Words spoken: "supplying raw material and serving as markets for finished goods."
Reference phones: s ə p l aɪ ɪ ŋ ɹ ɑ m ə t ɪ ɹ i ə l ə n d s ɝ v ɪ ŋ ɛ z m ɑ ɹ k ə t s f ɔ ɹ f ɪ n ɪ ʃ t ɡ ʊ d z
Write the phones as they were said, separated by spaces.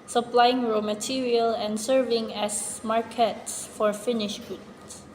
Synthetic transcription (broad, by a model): s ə p l aɪ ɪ ŋ ɹ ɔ m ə t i ɹ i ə l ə n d s ɝ v ɪ ŋ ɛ s m ɑ ɹ k ə t s f ɔ ɹ f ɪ n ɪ ʃ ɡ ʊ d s